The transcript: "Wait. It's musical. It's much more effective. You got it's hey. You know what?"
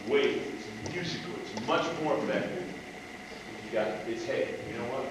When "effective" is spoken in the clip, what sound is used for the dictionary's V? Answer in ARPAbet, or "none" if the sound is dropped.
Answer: F